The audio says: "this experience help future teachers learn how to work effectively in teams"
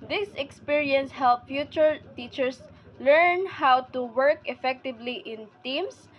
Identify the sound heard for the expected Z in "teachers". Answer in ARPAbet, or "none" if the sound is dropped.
S